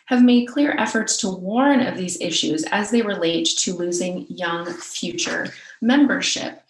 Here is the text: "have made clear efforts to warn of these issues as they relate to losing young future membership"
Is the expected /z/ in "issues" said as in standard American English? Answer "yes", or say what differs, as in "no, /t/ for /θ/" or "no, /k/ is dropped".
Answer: yes